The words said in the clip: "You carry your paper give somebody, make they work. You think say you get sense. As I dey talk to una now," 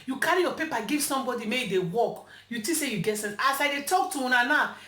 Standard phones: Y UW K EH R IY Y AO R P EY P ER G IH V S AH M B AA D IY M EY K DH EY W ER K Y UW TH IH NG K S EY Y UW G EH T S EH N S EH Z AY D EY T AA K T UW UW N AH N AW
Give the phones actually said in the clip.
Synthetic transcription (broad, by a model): Y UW K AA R IY Y AO P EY P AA G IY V S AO M B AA D IY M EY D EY W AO K Y UW T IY S EY Y UW G EH T S EH N S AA S AY D EY T AA K T UW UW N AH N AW